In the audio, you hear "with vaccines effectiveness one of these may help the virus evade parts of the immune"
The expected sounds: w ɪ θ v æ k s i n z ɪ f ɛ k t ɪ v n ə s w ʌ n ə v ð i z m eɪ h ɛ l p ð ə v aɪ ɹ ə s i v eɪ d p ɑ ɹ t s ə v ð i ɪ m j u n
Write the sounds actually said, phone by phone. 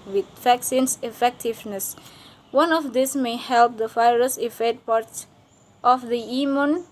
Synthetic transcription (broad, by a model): w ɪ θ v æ k s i n s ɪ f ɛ k t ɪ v n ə s w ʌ n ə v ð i s m eɪ h ɛ l p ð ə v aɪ ɹ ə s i f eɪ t p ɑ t t ə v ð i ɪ m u n